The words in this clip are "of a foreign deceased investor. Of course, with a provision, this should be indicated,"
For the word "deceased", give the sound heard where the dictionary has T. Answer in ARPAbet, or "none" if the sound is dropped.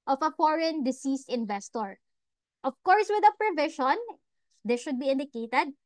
T